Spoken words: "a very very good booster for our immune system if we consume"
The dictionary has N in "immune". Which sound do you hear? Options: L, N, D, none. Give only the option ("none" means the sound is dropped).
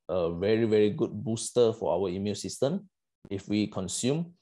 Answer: L